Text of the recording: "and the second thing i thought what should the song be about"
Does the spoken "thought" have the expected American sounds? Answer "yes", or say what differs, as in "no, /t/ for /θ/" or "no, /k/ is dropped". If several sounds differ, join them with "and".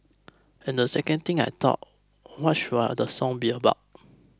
no, /t/ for /θ/